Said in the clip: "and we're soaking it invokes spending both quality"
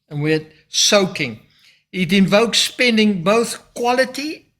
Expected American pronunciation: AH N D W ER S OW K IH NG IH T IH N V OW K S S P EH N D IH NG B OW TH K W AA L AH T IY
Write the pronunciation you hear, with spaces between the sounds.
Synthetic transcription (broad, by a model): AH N W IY S OW K IH NG IH T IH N V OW K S S P EH N D IH NG B OW TH K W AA L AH T IY